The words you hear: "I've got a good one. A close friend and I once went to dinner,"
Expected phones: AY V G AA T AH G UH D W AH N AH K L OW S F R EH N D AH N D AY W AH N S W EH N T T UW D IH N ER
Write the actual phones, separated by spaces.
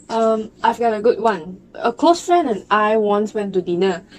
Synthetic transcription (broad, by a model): AY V G AA T AH G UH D W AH N AH K L OW S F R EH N AH N AY W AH N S W EH N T T UW D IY N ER